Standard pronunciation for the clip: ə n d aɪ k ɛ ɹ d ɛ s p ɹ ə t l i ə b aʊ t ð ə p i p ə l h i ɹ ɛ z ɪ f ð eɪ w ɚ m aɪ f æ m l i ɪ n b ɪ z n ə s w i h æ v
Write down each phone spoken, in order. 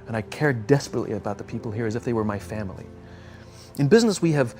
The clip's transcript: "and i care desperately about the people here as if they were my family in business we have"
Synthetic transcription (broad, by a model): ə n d aɪ k ɛ ɹ d ɛ s p ɹ ə t l i ə b aʊ t ð ə p i p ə l h i ɹ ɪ z ɪ f ð eɪ w ɚ m aɪ f æ m l i ɪ n b ɪ z n ə s w i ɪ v